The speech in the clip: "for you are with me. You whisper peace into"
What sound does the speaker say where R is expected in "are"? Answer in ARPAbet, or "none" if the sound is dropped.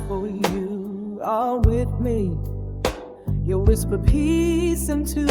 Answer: L